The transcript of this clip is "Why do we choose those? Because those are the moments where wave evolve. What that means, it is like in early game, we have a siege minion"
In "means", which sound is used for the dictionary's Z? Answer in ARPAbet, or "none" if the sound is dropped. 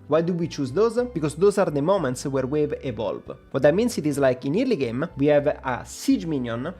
S